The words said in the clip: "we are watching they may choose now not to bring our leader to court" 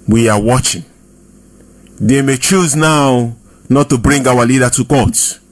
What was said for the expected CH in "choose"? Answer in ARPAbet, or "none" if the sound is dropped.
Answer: CH